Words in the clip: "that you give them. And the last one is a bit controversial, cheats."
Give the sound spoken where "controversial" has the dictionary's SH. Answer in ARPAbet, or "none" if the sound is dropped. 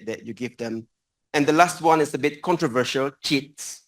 SH